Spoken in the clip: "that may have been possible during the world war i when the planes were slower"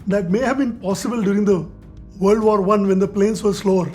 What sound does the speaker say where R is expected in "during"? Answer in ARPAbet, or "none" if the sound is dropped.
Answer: R